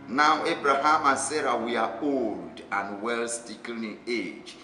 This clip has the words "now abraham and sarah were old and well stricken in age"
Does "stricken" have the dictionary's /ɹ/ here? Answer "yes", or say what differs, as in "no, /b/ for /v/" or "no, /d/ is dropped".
no, /ɹ/ is dropped